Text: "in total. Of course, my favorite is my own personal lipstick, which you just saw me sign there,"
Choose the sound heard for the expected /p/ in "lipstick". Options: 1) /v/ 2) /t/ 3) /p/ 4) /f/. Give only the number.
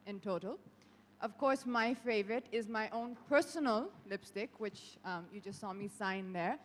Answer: 3